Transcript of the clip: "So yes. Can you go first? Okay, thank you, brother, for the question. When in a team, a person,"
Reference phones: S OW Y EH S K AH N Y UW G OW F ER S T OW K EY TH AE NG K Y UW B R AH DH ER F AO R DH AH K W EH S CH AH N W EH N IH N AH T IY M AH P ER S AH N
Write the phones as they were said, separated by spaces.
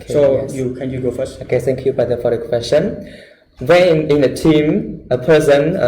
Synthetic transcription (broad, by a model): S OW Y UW K AH N Y UW G OW F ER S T OW K EY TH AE NG K Y UW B AH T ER F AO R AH K W EH S CH AH N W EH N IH N AH T IY M AH P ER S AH N